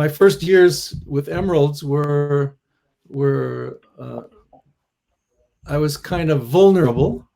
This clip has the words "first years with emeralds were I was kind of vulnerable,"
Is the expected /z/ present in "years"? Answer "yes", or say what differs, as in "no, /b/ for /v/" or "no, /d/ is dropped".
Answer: yes